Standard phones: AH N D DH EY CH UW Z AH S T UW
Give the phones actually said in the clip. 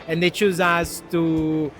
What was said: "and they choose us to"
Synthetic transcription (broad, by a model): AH N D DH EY CH UW Z AH S T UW